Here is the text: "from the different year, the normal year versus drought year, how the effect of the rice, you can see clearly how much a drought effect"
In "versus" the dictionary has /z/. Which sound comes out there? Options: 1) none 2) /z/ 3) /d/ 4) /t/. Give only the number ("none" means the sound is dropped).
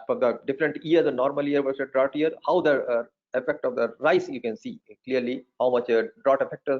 1